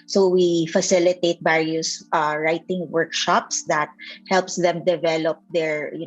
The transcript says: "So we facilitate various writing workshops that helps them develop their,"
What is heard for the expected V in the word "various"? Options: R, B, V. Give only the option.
B